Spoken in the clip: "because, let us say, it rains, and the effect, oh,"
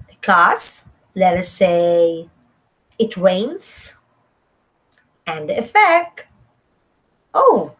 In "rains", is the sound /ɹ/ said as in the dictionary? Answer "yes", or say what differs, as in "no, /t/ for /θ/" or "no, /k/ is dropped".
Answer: no, /w/ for /ɹ/